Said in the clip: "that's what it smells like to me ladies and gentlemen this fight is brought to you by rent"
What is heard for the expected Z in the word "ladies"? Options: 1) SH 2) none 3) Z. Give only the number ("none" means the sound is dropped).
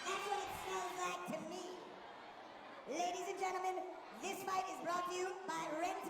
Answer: 3